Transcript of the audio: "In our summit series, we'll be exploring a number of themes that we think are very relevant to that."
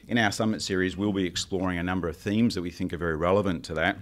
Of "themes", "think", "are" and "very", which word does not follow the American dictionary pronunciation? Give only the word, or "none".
none